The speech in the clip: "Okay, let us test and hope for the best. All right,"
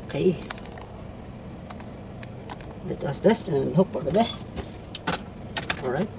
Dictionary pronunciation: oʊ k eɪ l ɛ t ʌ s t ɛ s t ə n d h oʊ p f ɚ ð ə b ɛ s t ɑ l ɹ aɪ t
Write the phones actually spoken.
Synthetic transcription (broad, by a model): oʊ k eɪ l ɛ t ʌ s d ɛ s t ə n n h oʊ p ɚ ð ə b ɛ s t ɑ l ɹ aɪ t